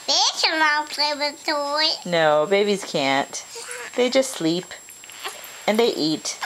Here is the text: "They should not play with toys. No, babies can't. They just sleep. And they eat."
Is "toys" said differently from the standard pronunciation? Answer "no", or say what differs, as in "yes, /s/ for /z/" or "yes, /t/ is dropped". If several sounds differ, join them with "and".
yes, /z/ is dropped